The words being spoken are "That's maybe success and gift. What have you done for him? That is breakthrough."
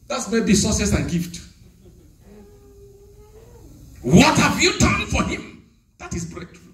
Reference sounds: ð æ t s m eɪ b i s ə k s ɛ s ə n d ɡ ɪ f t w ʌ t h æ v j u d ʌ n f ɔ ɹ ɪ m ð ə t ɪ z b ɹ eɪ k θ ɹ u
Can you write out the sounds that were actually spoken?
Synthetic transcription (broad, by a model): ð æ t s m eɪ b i s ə s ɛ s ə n ɡ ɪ f t w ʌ t h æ v j u d ʌ n f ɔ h ɪ m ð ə t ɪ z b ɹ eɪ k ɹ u